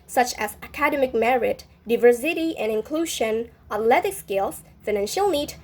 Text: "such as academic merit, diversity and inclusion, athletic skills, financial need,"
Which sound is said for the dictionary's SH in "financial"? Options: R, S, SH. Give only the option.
SH